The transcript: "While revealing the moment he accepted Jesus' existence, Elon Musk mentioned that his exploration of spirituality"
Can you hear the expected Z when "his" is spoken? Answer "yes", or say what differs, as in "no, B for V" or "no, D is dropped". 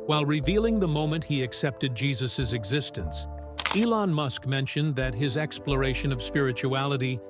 yes